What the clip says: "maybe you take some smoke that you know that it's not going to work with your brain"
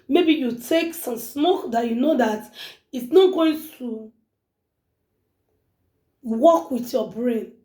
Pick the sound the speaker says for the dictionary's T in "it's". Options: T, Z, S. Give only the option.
T